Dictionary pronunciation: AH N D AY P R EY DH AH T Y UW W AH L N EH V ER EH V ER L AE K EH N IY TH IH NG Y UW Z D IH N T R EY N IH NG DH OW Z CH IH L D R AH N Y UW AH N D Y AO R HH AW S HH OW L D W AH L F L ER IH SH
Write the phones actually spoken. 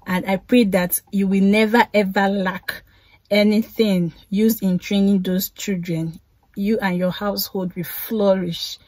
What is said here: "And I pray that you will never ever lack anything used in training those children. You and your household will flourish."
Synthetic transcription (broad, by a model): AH N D AY P R EY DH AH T Y UW W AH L N EH V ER EH V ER L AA K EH N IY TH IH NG Y UW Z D IH N T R EY N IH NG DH OW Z CH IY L D R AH N Y UW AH N Y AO HH AW S HH OW L D W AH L F L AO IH SH